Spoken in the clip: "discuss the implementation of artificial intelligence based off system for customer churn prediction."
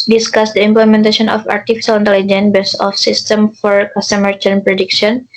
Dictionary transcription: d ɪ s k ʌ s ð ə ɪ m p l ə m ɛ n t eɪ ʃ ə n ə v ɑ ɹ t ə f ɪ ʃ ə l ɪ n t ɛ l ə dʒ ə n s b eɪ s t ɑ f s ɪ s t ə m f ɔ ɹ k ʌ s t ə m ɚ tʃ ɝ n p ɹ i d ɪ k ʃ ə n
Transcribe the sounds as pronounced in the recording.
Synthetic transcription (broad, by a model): d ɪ s k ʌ s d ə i m p l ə m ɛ n t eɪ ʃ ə n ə f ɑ ɹ t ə f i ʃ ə l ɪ n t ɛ l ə dʒ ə n b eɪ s ɑ f s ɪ s t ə m f ɔ ɹ k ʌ s t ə m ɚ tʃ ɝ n p ɹ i d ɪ k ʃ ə n